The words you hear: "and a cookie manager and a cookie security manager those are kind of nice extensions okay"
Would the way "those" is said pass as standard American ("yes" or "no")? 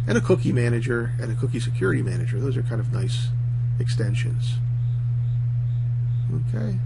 yes